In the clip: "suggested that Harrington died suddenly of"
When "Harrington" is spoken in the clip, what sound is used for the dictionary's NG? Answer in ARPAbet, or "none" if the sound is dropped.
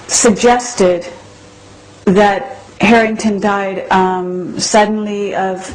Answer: NG